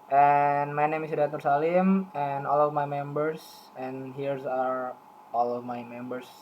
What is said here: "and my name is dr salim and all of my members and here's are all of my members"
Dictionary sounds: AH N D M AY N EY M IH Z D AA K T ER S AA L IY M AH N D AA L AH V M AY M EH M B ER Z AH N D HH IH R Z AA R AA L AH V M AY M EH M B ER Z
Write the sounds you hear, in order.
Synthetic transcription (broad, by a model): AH N M AY N EY M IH S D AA T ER S AA L IY M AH N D AA L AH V M AY M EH M B ER S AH N HH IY R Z AA R AA L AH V M AY M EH M B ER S